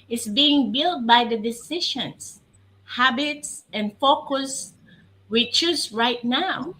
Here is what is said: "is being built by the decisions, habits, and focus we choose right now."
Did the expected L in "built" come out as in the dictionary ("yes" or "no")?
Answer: yes